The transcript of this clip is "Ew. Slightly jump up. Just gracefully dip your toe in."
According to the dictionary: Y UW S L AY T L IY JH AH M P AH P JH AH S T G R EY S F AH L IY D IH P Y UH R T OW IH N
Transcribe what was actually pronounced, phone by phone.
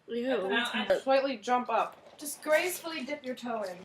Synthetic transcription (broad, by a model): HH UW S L AY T L IY JH AH M P AH P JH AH S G R EY S F L IY D IH P Y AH R T OW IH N